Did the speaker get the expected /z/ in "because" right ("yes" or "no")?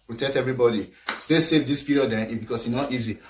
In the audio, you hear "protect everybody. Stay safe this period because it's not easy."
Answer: no